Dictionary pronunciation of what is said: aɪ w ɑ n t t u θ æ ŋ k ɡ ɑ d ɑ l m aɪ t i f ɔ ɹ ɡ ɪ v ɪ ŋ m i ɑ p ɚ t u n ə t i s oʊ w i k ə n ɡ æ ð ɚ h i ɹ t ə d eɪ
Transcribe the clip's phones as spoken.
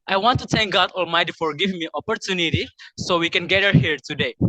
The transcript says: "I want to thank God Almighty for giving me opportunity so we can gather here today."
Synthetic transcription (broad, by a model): aɪ w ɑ n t t u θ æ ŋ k ɡ ɑ d ɑ l m aɪ t i f ɔ ɹ ɡ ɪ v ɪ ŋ m i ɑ p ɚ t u n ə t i s oʊ w i k ə n ɡ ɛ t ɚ h i ɹ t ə d eɪ